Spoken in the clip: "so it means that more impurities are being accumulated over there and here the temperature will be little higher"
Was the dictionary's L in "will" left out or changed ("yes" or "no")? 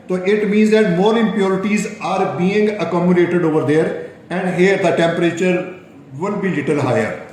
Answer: yes